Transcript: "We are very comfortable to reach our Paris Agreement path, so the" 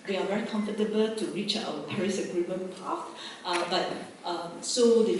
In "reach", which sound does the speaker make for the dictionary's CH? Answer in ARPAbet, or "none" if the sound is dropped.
CH